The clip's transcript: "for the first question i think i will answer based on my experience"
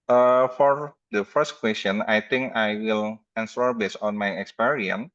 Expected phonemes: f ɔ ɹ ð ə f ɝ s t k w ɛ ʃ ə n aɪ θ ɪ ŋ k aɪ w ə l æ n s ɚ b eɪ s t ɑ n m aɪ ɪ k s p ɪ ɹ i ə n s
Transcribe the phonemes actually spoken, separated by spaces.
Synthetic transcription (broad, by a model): f ɔ ɹ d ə f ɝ s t k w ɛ s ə n aɪ t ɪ ŋ k aɪ w ə l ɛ n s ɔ b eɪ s ɑ n m aɪ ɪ k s p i ɹ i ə n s